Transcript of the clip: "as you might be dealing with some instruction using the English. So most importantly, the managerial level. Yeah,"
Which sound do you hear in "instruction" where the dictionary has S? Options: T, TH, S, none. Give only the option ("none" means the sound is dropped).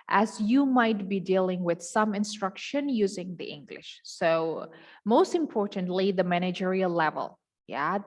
S